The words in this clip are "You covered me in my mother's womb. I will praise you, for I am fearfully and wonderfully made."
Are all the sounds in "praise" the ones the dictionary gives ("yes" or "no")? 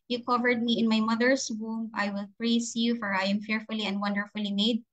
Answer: no